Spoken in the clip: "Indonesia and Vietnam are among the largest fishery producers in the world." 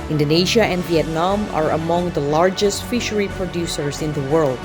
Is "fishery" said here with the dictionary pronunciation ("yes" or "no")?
yes